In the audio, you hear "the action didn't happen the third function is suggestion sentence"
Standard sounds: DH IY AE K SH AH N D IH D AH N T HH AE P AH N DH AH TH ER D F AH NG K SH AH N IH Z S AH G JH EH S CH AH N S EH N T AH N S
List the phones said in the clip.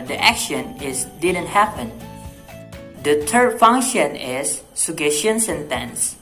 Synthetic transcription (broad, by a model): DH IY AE K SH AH N D IH D AH N T HH AE P AH N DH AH T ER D F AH NG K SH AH N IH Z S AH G EH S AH N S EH N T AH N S